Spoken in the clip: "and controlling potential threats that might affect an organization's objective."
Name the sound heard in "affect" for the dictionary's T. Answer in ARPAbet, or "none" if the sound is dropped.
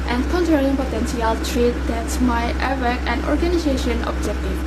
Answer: none